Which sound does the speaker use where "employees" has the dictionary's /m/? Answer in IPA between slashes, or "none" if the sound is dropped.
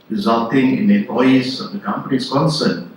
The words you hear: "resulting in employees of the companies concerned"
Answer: none